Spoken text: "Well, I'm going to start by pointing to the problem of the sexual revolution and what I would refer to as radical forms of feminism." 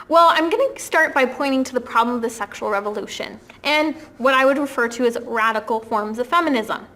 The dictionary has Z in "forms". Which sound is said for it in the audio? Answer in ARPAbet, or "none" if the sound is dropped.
Z